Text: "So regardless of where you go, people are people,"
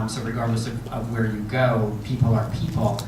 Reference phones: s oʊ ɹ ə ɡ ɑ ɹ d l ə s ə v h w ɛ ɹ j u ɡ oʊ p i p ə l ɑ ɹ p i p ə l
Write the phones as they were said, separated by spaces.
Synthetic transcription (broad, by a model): s oʊ ɹ ə ɡ ɑ ɹ d l ə s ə v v w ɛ ɹ j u ɡ oʊ p i p l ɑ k p i p l